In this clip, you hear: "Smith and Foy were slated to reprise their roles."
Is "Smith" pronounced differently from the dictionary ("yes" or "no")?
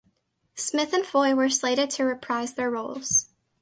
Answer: no